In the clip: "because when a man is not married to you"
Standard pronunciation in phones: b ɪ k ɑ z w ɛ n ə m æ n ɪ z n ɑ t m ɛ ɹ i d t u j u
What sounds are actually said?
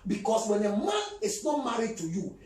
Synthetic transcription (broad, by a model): b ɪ k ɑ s w ɛ n ə m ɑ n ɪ s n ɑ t m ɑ ɹ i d t u j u